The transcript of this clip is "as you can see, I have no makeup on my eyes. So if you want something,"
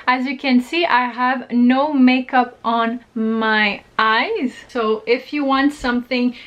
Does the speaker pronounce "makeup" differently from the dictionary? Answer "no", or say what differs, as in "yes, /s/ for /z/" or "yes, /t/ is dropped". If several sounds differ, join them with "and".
no